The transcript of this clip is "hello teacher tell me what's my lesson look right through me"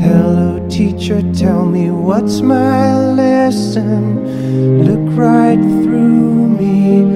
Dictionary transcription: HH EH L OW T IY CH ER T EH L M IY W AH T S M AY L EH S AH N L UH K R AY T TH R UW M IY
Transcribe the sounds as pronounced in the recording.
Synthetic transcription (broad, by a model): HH EH L OW T IY CH ER T EH L M IY W AH T S M AY L EH S AH N L UH K R AY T TH R UW M IY